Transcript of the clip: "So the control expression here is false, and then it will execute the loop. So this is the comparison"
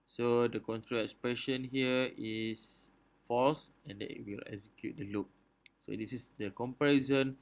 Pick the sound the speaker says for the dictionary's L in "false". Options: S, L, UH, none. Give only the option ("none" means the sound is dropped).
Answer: none